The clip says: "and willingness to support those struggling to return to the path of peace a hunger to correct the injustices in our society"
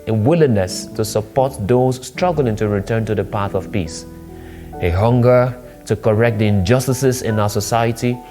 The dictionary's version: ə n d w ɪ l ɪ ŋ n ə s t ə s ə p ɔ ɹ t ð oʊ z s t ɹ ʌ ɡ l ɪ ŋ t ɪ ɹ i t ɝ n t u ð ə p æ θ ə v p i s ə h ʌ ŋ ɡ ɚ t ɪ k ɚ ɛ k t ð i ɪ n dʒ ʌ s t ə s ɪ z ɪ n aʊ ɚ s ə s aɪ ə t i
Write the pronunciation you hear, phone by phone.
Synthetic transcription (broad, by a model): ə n w ɪ l ɪ ŋ n ə s t ə s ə p ɔ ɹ t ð oʊ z s t ɹ ʌ ɡ l ɪ ŋ t ɪ ɹ i t ɝ n t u ð ə p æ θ ə v p i s ə h ʌ ŋ ɡ ɚ t ɪ k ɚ ɛ k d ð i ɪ n dʒ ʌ s t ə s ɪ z ɪ n aʊ ɚ s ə s aɪ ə t i